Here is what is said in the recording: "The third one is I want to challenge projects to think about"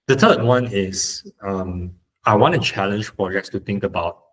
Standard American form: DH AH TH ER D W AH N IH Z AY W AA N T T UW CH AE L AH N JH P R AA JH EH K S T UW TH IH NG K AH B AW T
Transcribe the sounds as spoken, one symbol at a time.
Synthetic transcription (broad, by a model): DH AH T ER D W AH N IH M AY W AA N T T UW CH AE L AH N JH P R AA JH EH K S T UW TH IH NG K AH B AW T